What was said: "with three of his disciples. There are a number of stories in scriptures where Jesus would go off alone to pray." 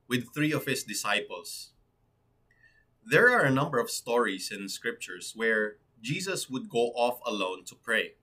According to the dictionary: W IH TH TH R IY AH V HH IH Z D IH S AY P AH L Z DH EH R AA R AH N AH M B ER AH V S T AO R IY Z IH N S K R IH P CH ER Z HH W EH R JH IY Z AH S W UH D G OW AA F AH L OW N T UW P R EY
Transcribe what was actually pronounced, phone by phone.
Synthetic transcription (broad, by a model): W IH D TH R IY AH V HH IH S D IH S AY P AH L S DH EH R AA R AH N AH M B ER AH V S T AO R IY S IH N S K R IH P CH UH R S W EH R JH IY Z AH S W UH D G OW AA F AH L OW N T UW P R EY